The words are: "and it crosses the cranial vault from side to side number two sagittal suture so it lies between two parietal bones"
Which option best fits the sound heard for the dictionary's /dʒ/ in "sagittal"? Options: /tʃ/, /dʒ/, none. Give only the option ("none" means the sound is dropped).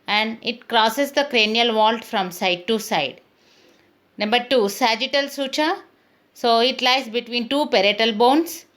/dʒ/